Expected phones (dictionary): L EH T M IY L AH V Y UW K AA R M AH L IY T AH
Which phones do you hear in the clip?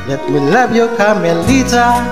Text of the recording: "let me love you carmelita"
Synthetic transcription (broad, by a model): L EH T M IY L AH B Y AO K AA M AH L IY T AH